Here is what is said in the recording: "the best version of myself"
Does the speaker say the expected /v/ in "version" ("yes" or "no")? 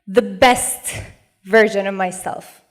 yes